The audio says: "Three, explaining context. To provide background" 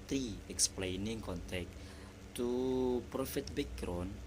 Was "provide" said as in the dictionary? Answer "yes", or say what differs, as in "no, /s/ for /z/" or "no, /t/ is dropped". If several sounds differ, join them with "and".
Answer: no, /f/ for /v/